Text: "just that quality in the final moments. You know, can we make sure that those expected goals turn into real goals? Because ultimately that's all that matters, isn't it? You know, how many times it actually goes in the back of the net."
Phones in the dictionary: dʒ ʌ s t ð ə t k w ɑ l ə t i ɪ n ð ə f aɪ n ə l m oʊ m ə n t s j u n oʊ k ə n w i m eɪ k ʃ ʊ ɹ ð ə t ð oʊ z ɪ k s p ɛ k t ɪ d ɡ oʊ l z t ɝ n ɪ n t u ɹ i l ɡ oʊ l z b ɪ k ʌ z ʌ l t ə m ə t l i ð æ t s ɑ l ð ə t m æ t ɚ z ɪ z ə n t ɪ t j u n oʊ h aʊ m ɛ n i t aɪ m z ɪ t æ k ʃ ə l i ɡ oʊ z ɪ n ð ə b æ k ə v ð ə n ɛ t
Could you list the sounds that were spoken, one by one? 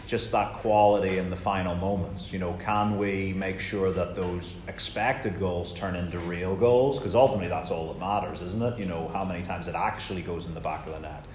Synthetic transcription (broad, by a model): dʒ ʌ s t ð ə t k w ɑ l ə t i ɪ n ð ə f aɪ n l m oʊ m ə n t s j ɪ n oʊ k ə n w i m eɪ k ʃ ʊ ɹ ð ə t ð oʊ z ɪ k s p ɛ k t ɪ d ɡ oʊ l z t ɝ n ɪ n t u ɹ i l ɡ oʊ l z k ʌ z ʌ l t ə m ə t l i ð æ t s ɑ l ð ə t m æ t ɚ z ɪ z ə n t ɪ t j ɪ n oʊ h aʊ m ɛ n i t aɪ m z ɪ t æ k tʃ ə l i ɡ oʊ z n ð ə b æ k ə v ð ə n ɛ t